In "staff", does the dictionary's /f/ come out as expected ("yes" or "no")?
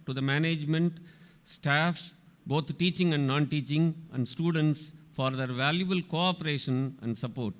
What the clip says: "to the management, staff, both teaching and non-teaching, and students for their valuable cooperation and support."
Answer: yes